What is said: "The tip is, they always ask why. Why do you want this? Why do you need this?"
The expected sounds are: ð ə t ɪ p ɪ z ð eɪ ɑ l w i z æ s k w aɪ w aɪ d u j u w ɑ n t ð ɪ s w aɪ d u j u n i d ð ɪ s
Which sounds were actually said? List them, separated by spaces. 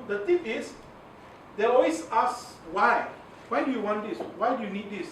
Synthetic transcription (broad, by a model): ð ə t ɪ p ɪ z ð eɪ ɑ w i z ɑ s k w aɪ w aɪ d u j u w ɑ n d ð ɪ s w aɪ d u j u n i d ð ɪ s